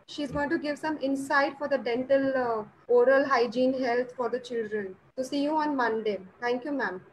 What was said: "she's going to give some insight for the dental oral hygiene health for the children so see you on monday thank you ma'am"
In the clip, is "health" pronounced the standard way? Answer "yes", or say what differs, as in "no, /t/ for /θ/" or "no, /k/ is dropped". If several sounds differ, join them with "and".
no, /t/ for /θ/